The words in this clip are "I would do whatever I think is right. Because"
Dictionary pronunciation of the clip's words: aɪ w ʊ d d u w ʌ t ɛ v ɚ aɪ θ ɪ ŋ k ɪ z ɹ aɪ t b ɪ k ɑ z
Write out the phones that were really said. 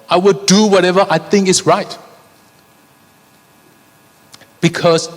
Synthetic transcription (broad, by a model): aɪ w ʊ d d u w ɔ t ɛ v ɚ aɪ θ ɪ ŋ k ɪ s ɹ aɪ t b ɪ k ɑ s